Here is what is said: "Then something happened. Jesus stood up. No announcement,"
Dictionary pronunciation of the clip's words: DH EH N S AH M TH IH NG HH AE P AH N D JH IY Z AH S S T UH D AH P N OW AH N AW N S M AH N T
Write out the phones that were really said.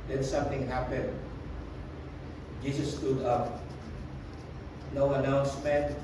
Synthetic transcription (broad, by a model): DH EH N S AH M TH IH NG HH AE P AH N D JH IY S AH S S T UH D AH P N OW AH N AW N S M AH N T